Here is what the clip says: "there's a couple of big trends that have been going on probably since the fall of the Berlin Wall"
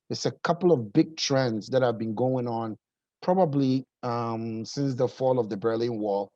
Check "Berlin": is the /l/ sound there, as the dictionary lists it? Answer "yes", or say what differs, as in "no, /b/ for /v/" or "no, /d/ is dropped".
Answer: yes